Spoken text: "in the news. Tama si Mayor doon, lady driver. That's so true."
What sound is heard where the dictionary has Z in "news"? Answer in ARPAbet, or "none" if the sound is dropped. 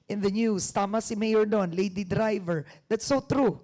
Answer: S